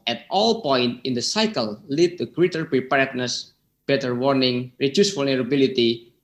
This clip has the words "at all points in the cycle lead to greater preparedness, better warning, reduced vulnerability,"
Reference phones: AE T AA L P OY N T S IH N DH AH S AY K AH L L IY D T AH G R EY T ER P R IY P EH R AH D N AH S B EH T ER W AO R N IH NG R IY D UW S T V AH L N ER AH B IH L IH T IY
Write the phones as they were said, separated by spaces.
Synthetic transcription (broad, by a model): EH T AA L P OY N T IH N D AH S AY K AH L L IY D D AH G R EY T ER P R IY P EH R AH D N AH S B EH T ER W AO R N IH NG R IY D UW S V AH L N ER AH B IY L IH T IY